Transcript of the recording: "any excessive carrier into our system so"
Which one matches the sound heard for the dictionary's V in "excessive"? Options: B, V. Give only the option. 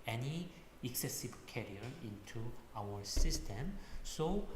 B